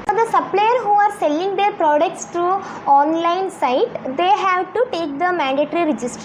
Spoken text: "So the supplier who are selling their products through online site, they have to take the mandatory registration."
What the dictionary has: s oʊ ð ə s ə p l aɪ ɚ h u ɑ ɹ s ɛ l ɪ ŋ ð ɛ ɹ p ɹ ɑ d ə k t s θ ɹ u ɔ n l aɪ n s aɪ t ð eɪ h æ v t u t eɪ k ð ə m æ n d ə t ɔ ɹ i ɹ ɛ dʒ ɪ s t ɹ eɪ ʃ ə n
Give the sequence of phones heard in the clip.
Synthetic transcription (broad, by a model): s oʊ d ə s ə p l aɪ ɚ h u ɑ ɹ s ɛ l ɪ ŋ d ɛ ɹ p ɹ ɑ d ə k t s t ɹ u ɔ n l aɪ n s aɪ t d eɪ h æ v t u t eɪ k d ə m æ n d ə t ɹ i ɹ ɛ dʒ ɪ s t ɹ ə